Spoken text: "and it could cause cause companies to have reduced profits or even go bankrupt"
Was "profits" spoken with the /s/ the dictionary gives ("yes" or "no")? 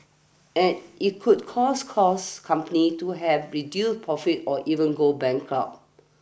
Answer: no